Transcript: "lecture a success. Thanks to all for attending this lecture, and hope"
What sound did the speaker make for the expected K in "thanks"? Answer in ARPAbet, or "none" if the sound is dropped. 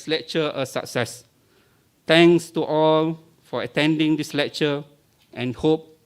none